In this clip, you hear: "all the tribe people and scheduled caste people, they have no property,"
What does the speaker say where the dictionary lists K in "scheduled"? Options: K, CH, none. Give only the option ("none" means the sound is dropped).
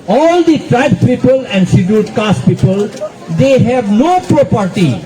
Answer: none